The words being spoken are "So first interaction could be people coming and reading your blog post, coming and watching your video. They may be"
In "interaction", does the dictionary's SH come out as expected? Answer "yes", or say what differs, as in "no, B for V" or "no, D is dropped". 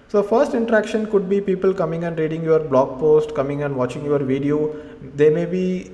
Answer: yes